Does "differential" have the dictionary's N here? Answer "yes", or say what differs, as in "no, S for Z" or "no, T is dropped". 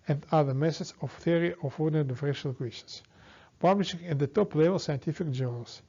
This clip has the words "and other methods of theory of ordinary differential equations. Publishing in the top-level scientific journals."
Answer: no, N is dropped